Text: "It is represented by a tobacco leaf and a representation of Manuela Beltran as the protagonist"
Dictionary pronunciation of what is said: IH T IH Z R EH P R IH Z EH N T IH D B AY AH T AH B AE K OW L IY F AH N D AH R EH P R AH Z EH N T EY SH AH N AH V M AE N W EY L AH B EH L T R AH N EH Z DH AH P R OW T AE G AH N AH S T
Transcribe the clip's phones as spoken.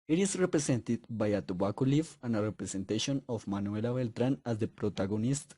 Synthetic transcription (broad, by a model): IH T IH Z R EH P R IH S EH N T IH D B AY AH T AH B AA K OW L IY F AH N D AH R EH P R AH S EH N T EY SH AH N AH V M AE N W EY L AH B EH L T R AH N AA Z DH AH P R OW T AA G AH N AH S T